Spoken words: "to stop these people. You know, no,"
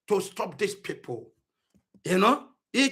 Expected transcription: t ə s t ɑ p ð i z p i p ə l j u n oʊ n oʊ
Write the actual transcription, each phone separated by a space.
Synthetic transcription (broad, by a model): t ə s t ɑ p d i s p i p ə l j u n oʊ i